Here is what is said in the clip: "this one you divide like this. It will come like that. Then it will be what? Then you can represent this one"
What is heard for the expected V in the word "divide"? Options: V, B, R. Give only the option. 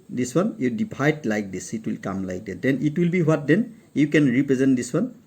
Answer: B